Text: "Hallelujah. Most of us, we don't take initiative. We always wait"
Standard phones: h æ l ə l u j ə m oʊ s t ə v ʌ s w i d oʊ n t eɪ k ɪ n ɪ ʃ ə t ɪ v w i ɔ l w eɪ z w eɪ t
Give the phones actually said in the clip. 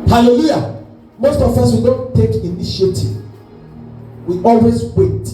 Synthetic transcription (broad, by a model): h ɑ l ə l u j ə m oʊ s t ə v ʌ s w i d oʊ n t eɪ k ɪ n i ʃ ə t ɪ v w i ɔ l w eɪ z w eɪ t